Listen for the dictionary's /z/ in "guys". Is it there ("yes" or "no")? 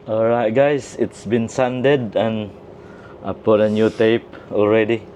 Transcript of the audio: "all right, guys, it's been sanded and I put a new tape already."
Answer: no